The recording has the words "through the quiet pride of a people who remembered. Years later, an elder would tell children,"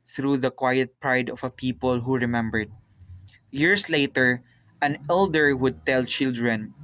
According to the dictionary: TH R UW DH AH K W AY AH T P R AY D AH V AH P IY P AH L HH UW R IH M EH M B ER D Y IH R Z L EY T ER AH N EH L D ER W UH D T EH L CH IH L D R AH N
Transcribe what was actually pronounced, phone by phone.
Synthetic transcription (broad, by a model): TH R UW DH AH K W AY AH T P R AY D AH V AH P IY P AH L HH UW R IH M EH M B ER D Y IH R S L EY T ER AH N EH L D ER W UH D T EH L CH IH L D R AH N